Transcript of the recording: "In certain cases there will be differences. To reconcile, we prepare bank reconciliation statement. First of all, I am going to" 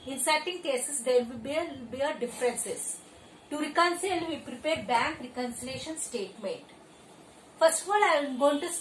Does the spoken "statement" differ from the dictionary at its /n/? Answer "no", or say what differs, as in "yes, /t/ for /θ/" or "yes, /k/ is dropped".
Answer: yes, /n/ is dropped